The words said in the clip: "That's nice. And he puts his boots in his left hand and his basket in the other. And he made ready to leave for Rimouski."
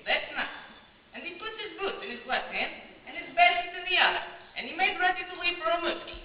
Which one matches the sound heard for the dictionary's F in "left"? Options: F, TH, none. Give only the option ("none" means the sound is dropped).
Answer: none